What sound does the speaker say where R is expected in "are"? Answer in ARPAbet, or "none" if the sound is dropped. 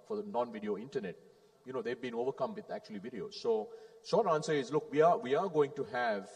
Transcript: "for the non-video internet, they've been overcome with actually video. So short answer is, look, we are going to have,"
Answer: W